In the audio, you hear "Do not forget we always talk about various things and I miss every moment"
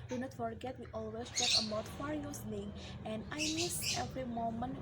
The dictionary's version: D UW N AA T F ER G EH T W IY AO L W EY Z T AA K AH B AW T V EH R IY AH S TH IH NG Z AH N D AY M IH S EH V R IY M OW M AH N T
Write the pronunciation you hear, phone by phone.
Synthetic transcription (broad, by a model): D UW N AA T F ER G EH T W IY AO L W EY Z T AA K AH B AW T F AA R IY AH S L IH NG AH N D AY M IH S EH V R IY M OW M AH N